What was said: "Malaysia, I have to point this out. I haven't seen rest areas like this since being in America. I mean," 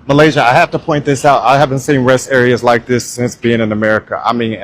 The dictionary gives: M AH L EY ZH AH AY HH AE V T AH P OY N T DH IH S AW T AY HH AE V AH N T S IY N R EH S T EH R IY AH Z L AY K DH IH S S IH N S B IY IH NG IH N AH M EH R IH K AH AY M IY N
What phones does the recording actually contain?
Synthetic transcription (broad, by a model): M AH L EY ZH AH AY HH AE F T AH P OY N DH IH S AW T AY HH AE V AH N T S IY N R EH S T EH R IY AH Z L AY K DH IH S S IH N S B IY IH NG IH N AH M EH R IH K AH AY M IY N